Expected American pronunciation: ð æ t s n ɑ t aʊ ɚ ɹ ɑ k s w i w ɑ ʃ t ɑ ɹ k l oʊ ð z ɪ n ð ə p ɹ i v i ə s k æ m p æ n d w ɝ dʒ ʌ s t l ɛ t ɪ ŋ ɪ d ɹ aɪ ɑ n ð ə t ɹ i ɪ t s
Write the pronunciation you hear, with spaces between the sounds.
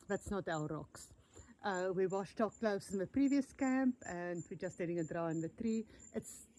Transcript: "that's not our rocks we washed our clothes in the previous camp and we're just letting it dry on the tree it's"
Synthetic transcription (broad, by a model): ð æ t s n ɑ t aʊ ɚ ɹ ɑ k s w i w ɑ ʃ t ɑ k l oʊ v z ɪ n ð ə p ɹ i v i ə s k æ m p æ n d w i dʒ ʌ s t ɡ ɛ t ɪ ŋ ɪ d ɹ aɪ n ð ə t ɹ i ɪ t s